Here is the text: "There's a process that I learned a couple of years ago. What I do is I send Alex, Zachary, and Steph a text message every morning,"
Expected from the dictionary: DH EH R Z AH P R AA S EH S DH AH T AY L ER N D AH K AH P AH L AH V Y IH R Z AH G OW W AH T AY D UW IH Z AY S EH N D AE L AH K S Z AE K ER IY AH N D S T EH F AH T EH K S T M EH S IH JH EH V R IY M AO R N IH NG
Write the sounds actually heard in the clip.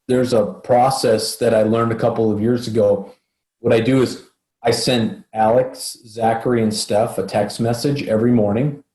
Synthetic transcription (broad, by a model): DH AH R Z AH P R AA S EH S DH AH T AY L ER N D AH K AH P L AH V Y IH R Z AH G OW W AH T AY D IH IH Z AY S EH N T AE L AH K S Z AE K ER IY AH N S T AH F AH T EH K S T M EH S IH JH EH V R IY M AO R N IH NG